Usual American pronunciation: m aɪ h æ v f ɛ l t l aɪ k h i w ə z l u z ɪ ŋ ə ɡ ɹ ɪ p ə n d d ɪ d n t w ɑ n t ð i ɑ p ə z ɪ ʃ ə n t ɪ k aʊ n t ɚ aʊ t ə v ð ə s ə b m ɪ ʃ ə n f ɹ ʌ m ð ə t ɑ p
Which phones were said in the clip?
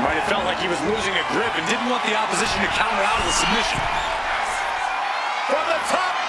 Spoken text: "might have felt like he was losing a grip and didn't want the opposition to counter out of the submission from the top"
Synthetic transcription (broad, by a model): m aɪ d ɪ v f ɛ l t l aɪ k h i w ə z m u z ɪ ŋ ə ɡ ɹ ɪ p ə n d d ɪ d n t w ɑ n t ð i ɑ p ə z ɪ ʃ ə n t ɪ k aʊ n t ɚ aʊ t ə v ð ə s ə b m ɪ ʃ ə n f ɹ ʌ m ð ə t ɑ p